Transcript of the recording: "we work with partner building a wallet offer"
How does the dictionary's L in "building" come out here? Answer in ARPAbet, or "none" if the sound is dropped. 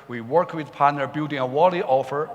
none